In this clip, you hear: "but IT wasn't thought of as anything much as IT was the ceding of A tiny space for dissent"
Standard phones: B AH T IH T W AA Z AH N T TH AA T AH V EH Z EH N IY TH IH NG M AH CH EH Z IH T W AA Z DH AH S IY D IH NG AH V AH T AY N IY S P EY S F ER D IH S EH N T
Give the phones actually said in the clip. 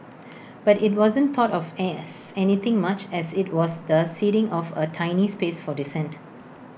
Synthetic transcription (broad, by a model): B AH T IH T W AA Z AH N T AA T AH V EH S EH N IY T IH NG M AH CH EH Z IH T W AA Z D AH S IY D IH NG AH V AH T AY N IY S P EY S F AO D IH S EH N T